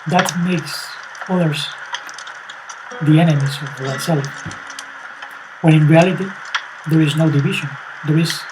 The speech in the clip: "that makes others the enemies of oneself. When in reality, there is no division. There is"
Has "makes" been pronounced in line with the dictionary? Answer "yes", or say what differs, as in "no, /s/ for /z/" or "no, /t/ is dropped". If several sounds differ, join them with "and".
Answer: yes